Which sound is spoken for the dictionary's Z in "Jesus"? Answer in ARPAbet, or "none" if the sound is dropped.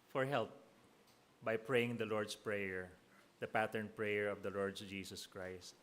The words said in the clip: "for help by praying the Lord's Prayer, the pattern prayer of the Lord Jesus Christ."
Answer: S